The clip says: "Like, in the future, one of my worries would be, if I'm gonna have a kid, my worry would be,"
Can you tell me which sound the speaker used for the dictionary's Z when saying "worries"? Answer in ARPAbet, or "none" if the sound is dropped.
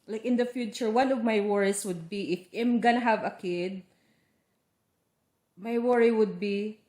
S